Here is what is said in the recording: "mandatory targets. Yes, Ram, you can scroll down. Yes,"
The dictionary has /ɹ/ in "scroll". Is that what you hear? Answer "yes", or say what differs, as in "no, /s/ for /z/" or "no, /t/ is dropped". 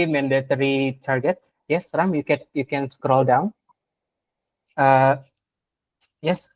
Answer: yes